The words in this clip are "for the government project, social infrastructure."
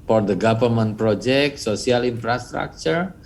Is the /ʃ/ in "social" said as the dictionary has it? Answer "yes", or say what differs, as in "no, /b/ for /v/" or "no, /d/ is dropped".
no, /s/ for /ʃ/